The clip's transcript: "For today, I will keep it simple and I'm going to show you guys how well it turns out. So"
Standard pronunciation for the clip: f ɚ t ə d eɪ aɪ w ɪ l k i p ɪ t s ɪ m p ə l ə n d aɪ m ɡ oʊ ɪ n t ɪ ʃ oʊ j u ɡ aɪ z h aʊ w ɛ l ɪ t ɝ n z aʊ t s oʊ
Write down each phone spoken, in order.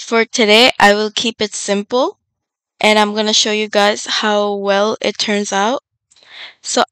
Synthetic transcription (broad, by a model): f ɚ t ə d eɪ aɪ w ɪ l k i p ɪ t s ɪ m p l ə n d aɪ m ɡ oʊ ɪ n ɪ ʃ oʊ j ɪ ɡ aɪ z h aʊ w ɛ l ɪ t ɝ n z aʊ t s oʊ